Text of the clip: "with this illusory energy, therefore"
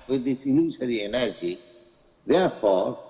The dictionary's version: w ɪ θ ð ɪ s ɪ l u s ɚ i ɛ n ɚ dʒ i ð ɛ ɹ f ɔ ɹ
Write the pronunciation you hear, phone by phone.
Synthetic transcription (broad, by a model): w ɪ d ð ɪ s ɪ n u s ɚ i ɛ n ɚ dʒ i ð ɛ ɹ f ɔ ɹ